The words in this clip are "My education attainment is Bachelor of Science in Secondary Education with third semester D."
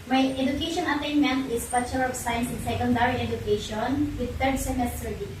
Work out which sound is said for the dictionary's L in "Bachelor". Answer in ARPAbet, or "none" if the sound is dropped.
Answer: none